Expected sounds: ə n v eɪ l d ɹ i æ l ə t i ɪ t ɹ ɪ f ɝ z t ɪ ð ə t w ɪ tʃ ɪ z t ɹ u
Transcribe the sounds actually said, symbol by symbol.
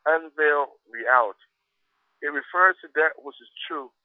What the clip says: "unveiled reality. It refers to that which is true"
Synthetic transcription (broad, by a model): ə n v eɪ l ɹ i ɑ ə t ɪ t ɹ ɪ f ɝ z t ɪ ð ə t w ɪ tʃ ɪ z t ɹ u